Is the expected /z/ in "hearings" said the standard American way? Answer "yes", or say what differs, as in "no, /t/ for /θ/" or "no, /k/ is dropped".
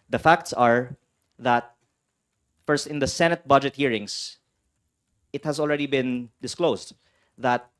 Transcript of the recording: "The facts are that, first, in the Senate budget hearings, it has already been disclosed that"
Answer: no, /s/ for /z/